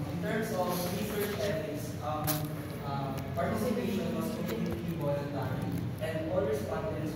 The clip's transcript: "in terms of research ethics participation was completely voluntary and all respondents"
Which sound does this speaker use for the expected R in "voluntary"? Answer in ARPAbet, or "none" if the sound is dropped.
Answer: none